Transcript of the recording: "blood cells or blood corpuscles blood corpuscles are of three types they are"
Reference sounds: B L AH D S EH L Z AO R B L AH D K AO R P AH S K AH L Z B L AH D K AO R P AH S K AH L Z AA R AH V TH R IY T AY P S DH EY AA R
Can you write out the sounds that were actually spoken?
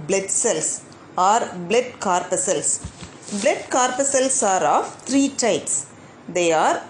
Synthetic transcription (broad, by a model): B L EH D S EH L S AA R B L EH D K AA R P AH S AH L S B L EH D K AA R P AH S AH L S AA R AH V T R IY T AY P S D EY AA R